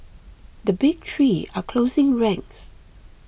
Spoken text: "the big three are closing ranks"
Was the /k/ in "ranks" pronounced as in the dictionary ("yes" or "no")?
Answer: no